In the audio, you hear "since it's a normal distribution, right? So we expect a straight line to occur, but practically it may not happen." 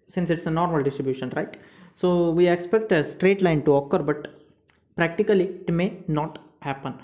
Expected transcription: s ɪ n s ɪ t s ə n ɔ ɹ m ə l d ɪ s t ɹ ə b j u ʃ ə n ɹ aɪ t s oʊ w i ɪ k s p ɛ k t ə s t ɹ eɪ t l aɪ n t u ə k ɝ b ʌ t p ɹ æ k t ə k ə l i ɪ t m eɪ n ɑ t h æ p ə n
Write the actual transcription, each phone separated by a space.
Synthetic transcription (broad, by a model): s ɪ n s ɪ t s ə n ɔ ɹ m ə l d ɪ s t ɹ ə b j u ʃ ə n ɹ aɪ t s oʊ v i ɪ k s p ɛ k t ə s t ɹ eɪ t l aɪ n t u ə k ɝ b ʌ t p ɹ æ k t ə k ə l i ɪ t m eɪ n ɑ t h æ p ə n